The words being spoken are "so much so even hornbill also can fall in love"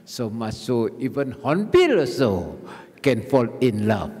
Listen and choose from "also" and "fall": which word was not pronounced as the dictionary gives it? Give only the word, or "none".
also